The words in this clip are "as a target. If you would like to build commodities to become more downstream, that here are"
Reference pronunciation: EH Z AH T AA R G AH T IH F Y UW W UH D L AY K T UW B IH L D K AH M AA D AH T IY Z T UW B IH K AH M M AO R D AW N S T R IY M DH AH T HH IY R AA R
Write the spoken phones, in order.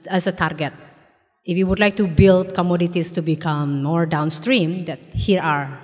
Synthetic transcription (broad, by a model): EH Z AH T AA R G AH T IH F Y UW W UH D L AY K T UW B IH L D K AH M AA D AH T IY S T UW B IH K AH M M AO R D AW N S T R IY M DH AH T HH IY R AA R